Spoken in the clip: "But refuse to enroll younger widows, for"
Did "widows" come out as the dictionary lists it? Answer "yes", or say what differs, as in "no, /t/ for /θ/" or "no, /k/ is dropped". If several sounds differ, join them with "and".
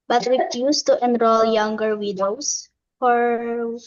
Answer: no, /s/ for /z/